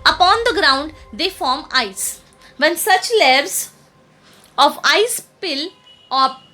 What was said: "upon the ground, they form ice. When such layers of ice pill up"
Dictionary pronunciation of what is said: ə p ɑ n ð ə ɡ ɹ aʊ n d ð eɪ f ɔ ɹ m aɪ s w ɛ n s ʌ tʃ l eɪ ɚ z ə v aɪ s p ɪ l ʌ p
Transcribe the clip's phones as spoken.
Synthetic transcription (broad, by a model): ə p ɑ n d ə ɡ ɹ aʊ n d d eɪ f ɔ ɹ m aɪ s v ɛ n s ʌ tʃ l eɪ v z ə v aɪ s p ɪ l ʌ